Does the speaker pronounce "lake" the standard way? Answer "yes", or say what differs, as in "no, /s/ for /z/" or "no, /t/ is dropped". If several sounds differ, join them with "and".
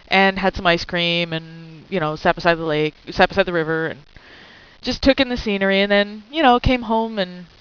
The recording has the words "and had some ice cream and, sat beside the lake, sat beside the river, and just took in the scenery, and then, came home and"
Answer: yes